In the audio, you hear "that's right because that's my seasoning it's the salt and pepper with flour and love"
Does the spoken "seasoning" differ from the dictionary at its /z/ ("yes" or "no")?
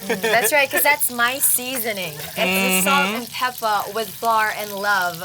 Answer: no